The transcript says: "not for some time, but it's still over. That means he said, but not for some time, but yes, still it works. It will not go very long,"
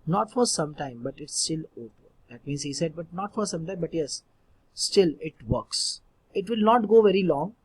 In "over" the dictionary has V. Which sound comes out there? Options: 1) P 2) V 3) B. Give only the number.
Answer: 1